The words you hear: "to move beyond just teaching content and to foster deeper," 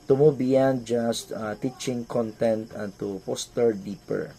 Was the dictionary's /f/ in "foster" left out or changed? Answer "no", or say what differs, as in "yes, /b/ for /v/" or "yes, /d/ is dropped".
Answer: yes, /p/ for /f/